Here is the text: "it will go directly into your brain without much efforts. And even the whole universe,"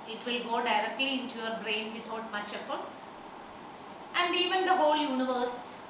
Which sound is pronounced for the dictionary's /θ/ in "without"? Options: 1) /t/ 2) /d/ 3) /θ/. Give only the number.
1